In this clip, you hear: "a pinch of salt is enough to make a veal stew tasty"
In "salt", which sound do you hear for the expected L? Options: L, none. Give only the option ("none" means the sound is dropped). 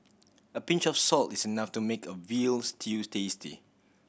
L